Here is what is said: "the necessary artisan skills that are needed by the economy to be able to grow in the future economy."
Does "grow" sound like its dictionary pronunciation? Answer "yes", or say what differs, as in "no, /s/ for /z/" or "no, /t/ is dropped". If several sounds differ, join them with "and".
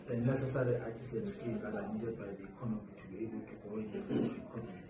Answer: no, /ɹ/ is dropped